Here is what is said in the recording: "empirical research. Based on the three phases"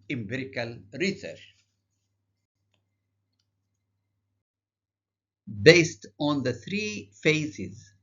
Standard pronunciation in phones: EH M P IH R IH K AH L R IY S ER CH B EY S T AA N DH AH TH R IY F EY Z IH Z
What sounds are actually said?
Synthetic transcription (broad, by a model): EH M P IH R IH K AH L R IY S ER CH B EY S T AA N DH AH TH R IY F EY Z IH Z